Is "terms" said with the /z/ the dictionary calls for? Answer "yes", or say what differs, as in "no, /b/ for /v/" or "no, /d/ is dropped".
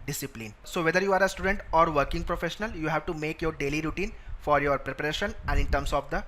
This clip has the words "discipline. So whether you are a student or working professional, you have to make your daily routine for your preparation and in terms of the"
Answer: no, /s/ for /z/